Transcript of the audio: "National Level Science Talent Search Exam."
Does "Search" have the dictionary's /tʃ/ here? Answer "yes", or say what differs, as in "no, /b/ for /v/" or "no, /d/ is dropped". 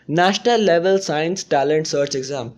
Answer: yes